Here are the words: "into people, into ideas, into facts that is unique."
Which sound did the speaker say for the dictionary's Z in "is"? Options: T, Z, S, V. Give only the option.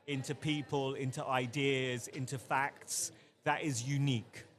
Z